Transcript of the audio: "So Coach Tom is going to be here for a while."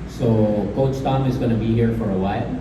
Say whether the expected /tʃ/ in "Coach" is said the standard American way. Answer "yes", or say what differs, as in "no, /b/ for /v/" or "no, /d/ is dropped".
no, /s/ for /tʃ/